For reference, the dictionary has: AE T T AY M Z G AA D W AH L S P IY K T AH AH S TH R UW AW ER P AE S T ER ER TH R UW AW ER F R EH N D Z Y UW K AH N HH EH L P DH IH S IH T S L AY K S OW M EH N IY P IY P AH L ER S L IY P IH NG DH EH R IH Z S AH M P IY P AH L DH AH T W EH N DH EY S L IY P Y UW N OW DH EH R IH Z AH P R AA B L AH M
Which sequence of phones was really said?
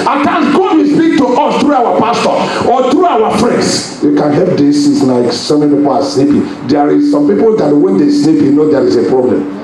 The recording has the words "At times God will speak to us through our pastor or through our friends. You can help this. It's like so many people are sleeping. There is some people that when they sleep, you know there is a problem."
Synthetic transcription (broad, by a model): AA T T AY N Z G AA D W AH S P IY K T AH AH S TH R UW AW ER P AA S T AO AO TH R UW AW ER F R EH N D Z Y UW K AH N HH EH L P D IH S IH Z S L AY K S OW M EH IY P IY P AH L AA S N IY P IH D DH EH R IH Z S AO M P IY P AH L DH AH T W EH N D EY S N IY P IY N OW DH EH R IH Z AH P R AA B L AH M